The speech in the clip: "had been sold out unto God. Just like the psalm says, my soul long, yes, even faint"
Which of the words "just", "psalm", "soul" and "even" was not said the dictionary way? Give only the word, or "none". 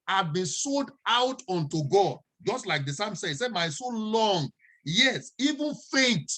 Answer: soul